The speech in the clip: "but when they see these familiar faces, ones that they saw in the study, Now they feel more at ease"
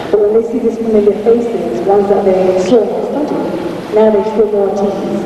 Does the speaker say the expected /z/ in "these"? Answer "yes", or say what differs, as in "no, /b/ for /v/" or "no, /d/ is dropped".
no, /s/ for /z/